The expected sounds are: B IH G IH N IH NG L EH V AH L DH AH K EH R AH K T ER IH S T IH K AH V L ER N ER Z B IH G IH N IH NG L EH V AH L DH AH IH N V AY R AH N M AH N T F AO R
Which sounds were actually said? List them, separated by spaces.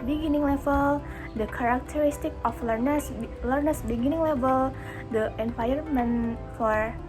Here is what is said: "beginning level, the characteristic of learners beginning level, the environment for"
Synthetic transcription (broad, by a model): B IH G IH N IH NG L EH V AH L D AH K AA R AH K T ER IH S T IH K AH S L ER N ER S B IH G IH N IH NG L EH V AH L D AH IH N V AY AH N M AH N F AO R